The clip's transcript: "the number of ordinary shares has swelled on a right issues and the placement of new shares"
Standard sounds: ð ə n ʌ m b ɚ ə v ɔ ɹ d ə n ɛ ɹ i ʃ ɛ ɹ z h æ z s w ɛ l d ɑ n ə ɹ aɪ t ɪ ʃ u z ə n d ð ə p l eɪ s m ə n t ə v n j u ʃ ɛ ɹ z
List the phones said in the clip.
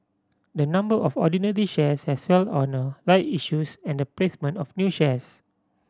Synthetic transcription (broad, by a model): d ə n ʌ m b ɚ ə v ɔ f d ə n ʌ ɹ i ʃ ɛ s h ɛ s w ɛ l ɑ n ə l aɪ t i ʃ u s ə n d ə p l eɪ s m ə n t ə f n j u ʃ ɛ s